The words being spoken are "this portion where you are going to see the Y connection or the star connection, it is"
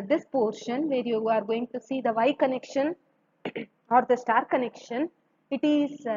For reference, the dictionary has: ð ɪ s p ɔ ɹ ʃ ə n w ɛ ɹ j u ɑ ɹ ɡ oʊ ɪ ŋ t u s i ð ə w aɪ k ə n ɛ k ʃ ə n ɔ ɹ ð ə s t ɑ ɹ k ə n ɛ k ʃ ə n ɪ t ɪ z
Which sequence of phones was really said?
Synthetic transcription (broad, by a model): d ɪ s p ɔ ɹ ʃ ə n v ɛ ɹ j u ɑ ɹ ɡ oʊ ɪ ŋ t u s i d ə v aɪ k ə n ɛ k ʃ ə n ɔ ɹ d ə s t ɑ ɹ k ə n ɛ k ʃ ə n ɪ t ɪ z